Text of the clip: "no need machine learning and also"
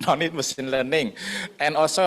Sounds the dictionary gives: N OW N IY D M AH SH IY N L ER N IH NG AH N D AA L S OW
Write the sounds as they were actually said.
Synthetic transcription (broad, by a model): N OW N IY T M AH S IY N L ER N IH NG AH N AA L S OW